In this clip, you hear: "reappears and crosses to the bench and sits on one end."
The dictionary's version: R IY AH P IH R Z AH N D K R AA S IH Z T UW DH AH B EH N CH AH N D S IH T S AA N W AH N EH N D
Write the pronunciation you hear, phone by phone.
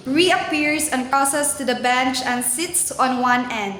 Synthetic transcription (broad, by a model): R IY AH P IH R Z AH N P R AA S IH S T UW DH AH B EH N CH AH N S IH T S AA N W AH N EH N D